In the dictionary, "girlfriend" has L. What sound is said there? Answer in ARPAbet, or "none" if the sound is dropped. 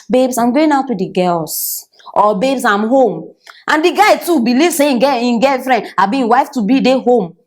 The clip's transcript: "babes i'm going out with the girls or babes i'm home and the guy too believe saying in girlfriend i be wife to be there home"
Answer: none